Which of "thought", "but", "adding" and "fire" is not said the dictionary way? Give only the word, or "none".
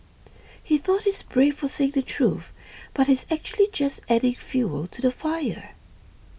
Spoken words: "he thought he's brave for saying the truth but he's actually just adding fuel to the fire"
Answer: none